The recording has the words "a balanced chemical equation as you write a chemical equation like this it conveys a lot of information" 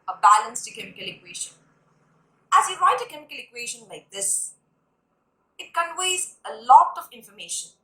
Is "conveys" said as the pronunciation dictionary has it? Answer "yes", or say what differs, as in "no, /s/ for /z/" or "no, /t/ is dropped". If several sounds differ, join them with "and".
no, /w/ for /v/